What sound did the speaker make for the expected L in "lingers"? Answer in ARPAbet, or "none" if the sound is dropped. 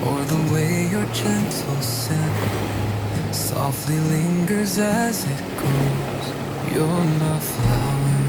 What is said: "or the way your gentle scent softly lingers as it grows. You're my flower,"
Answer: L